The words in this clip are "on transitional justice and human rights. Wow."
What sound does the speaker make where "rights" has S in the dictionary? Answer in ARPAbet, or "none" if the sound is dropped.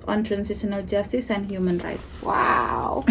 S